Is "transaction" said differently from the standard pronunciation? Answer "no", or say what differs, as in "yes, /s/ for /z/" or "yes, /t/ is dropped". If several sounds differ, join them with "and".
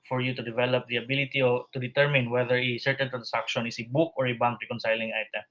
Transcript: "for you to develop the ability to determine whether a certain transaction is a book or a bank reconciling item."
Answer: yes, /s/ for /z/